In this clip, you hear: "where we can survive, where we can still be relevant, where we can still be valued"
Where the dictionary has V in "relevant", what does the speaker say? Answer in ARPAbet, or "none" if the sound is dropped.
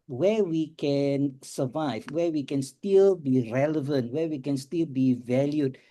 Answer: V